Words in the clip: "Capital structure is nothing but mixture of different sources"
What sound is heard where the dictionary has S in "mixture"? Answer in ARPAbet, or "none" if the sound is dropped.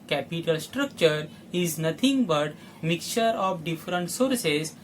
none